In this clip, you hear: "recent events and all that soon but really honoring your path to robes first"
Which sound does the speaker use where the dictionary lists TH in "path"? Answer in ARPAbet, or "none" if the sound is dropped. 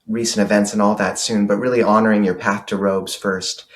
TH